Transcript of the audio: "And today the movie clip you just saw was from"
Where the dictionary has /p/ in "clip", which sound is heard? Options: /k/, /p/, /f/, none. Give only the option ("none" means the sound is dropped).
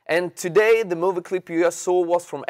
/p/